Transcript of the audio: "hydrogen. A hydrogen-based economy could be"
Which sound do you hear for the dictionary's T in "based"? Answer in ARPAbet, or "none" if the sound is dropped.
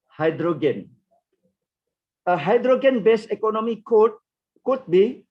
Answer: none